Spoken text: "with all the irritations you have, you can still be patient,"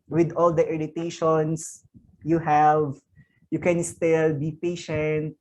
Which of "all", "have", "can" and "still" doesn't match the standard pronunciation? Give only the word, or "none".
none